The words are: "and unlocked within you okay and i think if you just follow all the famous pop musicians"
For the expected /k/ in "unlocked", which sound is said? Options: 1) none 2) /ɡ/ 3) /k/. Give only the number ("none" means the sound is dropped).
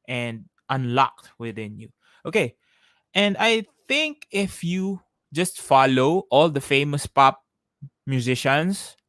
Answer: 3